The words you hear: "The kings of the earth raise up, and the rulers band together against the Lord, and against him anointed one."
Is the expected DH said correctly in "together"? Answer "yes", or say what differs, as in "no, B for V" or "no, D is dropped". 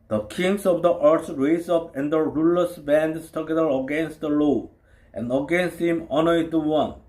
no, DH is dropped